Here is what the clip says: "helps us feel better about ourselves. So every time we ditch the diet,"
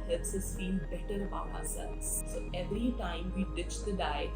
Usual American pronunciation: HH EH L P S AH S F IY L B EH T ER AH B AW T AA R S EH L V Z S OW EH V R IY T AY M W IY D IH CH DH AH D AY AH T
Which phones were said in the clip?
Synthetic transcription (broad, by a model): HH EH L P S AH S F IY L B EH T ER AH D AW AA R S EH L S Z S OW EH V R IY T AY M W IY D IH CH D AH D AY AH